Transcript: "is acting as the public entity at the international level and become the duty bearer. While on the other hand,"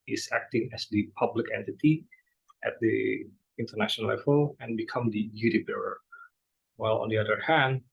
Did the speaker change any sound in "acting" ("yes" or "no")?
no